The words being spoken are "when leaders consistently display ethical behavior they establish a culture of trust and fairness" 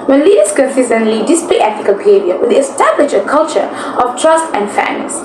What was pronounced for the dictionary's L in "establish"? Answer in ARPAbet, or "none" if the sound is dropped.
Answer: L